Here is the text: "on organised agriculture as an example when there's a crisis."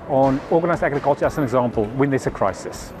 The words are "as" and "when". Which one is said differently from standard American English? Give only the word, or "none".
as